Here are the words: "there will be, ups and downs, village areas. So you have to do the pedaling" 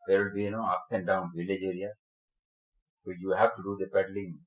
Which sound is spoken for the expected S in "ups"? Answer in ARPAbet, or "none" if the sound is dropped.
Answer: none